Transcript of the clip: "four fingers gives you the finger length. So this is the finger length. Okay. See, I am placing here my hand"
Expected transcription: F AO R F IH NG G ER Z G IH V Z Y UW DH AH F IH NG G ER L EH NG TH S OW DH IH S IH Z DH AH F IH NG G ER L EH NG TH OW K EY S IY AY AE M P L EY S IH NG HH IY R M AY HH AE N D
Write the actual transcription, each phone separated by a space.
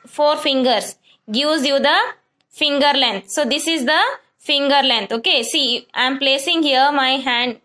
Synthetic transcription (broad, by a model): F AO R F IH NG G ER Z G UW Z Y UW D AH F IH NG G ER L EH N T S OW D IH S IH Z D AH F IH NG G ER L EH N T OW K EY S IY AY M P L EY S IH NG HH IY R M AY HH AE N D